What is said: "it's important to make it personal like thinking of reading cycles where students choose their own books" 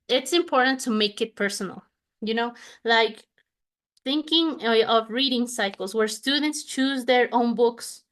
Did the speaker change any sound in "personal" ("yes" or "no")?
yes